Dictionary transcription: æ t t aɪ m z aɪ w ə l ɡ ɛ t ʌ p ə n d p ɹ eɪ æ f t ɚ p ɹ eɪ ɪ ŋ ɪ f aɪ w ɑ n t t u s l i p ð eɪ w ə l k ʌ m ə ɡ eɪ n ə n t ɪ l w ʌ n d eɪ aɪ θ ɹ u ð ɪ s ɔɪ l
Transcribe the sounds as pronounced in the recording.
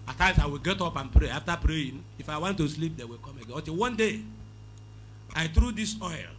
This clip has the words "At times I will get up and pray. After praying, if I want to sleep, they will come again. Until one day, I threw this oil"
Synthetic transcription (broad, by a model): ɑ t t aɪ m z aɪ w ə l ɡ ɛ t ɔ p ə n p ɹ eɪ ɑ f t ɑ p ɹ eɪ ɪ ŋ ɪ f aɪ w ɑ n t t u s l i p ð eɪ w ə l k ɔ m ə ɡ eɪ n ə t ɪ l w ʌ n d eɪ aɪ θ ɹ u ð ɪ s ɔɪ l